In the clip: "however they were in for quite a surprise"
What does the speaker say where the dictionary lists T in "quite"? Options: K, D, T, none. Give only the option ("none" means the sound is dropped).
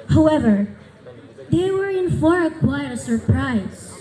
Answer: none